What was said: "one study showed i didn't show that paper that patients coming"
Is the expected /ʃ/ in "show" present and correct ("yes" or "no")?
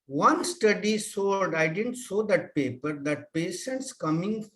no